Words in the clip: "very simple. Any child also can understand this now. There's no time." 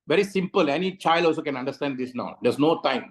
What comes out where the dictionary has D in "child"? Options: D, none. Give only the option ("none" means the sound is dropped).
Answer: D